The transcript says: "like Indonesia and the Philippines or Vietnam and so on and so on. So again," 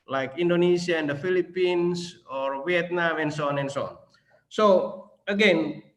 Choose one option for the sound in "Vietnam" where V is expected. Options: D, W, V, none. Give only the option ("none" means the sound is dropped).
W